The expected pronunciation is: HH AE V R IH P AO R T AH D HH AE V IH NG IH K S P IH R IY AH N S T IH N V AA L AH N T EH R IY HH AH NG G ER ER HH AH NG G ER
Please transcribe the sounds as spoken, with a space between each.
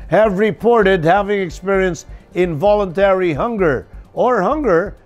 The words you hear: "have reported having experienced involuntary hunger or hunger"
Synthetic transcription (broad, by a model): HH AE V R IH P AO R T AH D HH AE V IH NG IH K S P IH R IY AH N S T IH N V AA L AH N T EH R IY HH AH NG G ER ER HH AH NG G ER